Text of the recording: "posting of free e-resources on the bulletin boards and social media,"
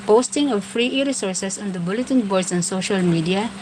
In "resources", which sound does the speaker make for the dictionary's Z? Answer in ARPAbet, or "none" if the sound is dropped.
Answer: S